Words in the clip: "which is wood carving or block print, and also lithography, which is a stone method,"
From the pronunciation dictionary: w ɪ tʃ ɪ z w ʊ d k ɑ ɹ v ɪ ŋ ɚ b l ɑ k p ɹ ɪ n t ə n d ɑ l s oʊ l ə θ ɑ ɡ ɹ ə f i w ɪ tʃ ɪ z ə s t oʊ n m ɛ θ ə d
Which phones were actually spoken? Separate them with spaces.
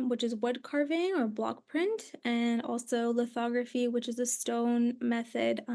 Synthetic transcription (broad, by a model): w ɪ tʃ ɪ z w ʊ d k ɑ ɹ v ɪ ŋ ɚ b l ɑ k p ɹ ɪ n t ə n ɑ l s oʊ l ə θ ɑ ɡ ɹ ə f i w ɪ tʃ ɪ z ə s t oʊ n m ɛ θ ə d